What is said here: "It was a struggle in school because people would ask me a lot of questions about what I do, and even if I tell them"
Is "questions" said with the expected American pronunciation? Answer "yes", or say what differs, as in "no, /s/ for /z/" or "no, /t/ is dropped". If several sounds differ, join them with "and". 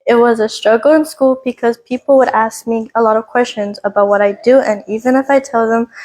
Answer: yes